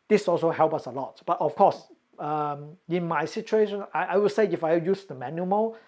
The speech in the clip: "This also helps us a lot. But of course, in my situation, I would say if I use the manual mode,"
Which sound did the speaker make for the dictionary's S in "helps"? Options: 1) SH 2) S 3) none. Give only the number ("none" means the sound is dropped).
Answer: 3